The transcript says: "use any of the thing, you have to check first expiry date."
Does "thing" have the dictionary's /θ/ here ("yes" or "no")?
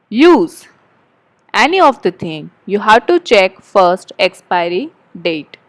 no